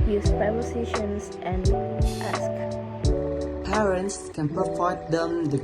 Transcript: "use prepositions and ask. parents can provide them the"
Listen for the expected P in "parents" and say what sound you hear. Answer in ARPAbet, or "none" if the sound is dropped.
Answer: P